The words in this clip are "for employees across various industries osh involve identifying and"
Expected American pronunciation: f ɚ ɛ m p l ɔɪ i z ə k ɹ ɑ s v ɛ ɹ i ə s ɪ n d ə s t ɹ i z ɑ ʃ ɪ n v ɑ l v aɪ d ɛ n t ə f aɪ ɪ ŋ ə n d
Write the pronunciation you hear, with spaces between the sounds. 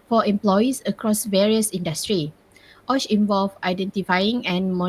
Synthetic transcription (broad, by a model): f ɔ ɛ m p l ɔɪ i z ə k ɹ ɑ s v ɛ ɹ i ə s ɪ n d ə s t ɹ i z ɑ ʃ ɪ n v ɑ l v aɪ d ɛ n t ə f aɪ ɪ ŋ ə n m